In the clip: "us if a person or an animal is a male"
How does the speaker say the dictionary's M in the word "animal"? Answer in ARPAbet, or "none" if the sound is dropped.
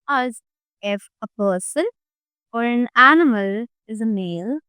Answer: M